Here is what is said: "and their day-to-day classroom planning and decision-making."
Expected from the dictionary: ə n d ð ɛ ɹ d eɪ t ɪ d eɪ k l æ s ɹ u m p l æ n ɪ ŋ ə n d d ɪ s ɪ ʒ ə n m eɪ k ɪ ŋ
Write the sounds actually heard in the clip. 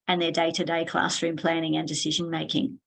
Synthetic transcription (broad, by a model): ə n ð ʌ ɹ d eɪ t ɪ d eɪ k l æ s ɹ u m p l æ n ɪ ŋ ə n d d ɪ s ɪ ʒ ə n m eɪ k ɪ ŋ